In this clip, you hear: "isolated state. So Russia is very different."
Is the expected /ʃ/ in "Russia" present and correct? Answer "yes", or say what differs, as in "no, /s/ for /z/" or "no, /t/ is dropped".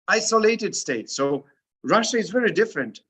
yes